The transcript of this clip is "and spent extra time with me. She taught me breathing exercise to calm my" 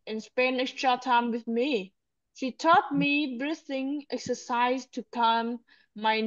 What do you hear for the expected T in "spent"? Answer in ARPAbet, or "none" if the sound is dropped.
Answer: none